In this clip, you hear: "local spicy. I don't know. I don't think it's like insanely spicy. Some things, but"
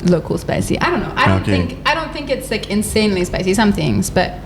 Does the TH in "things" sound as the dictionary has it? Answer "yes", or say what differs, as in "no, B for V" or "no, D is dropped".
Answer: yes